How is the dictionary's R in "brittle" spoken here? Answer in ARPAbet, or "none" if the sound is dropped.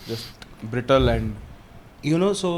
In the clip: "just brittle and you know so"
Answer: R